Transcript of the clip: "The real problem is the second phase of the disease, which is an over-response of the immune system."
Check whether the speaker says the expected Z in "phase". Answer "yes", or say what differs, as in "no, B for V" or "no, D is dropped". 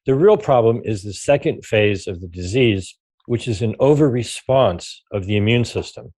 yes